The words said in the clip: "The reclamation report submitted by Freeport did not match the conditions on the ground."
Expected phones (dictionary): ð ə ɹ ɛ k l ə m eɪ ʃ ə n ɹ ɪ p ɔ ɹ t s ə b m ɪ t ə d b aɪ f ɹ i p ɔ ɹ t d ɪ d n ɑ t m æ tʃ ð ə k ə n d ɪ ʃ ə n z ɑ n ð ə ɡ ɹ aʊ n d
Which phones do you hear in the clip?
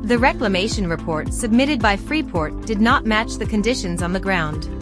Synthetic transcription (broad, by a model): ð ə ɹ ɛ k l ə m eɪ ʃ ə n ɹ ɪ p ɔ ɹ t s ə b m ɪ t ə d b aɪ f ɹ i p ɔ ɹ t d ɪ d n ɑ t m æ tʃ ð ə k ə n d ɪ ʃ ə n z n ð ə ɡ ɹ aʊ n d